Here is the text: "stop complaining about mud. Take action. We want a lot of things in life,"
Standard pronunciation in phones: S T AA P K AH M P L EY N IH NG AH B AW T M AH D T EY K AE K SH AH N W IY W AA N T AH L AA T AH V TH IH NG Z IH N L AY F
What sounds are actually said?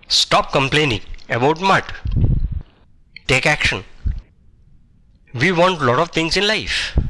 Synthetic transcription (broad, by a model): S T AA P K AH M P L EY N IH NG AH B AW T M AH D T EY K AE K SH AH N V IY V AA N T L AA T AH V T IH NG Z IH N L AY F